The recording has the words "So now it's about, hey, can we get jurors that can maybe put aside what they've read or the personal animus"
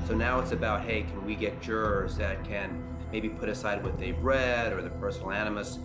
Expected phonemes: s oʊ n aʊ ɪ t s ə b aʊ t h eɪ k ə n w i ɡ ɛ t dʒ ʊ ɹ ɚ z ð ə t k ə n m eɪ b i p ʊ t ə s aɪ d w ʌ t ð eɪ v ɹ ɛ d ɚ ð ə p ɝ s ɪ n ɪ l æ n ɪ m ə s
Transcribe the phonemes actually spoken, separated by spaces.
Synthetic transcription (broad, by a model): s oʊ n aʊ ɪ t s ə b aʊ t h eɪ k ə n w i ɡ ɛ t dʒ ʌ ɹ z ð ə t k ə n m eɪ b i p ʊ t ə s aɪ d w ʌ t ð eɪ b ɹ ɛ d ɚ ð ə p ɝ s n l æ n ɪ m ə s